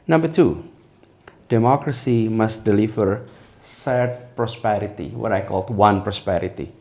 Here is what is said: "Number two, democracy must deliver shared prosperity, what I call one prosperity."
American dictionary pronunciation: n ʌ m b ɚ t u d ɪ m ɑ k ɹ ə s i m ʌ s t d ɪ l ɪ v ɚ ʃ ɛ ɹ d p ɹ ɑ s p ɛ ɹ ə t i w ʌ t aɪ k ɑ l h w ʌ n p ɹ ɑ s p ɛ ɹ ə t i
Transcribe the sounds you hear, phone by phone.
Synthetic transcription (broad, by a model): n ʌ m b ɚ t u d ɪ m ɑ k ɹ ə s i m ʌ s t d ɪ l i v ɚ s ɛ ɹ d p ɹ ɑ s p ɛ ɹ ə t i w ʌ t aɪ k ɑ l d w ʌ n p ɹ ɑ s p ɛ ɹ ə t i